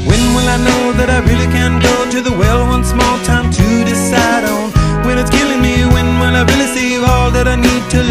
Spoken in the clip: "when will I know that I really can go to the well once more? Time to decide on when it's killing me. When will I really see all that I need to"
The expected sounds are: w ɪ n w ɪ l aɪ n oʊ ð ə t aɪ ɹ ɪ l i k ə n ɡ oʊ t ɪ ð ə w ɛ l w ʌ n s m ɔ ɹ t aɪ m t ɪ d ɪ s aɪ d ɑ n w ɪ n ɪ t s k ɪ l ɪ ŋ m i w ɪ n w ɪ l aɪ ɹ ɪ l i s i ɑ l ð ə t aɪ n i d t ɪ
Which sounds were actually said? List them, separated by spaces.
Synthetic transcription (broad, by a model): w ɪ n w ɪ l aɪ n oʊ ð ə t aɪ ɹ ɪ l i k ə n ɡ oʊ t ɪ ð ə w ɛ l w ʌ n s m ɔ l t aɪ m t ɪ d ɪ s aɪ d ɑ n w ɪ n ɪ t s k ɪ l ɪ ŋ m i w ɪ n w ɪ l aɪ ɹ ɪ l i s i ɑ l ð ə t aɪ n i d t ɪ